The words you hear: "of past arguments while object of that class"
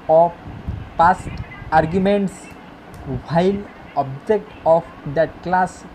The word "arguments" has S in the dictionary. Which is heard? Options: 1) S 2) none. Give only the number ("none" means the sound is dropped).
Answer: 1